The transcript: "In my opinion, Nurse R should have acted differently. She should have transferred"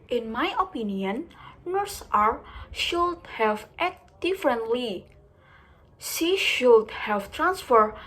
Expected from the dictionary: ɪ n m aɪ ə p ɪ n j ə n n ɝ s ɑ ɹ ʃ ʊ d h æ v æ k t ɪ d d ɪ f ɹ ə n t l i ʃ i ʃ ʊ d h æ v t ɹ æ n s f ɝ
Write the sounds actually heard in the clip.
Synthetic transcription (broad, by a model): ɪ n m aɪ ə p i n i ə n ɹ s ɑ ɹ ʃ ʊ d h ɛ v t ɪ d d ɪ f ɹ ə n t l i s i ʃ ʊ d h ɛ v t ɹ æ n s f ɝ